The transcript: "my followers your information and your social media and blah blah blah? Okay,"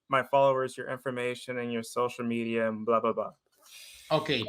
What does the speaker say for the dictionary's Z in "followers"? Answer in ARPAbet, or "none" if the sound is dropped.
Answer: Z